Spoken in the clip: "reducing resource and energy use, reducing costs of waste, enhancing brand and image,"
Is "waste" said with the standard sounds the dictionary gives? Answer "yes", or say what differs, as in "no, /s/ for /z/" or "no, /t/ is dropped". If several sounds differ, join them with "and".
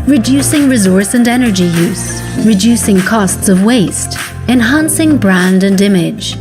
yes